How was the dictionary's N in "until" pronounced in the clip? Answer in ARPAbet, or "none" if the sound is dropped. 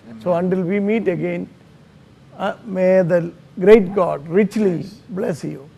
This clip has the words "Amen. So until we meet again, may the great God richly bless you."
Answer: N